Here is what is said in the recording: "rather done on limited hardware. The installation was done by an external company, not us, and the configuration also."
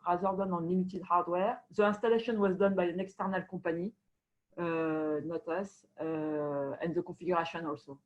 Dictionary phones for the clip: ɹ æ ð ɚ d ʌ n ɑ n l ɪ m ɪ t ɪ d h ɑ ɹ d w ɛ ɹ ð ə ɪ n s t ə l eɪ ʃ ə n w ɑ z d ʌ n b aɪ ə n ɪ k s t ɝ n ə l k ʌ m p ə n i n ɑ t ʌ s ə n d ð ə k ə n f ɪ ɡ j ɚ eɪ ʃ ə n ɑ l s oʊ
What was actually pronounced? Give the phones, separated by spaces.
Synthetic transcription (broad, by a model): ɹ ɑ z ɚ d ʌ n ɑ n l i m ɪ t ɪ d h ɑ ɹ d w ɛ ɹ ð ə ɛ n s t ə l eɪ ʃ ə n w ɑ z d ʌ n b aɪ ə n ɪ k s t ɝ n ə l k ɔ p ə n i n ɑ t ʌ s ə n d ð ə k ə f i ɡ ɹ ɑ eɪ ʃ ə n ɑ l s oʊ